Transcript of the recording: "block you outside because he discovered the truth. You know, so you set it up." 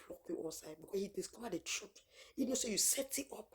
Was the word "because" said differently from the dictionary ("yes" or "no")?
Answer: yes